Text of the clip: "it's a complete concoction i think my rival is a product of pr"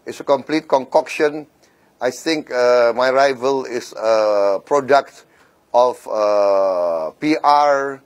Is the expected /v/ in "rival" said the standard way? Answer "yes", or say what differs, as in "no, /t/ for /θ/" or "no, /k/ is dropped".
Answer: yes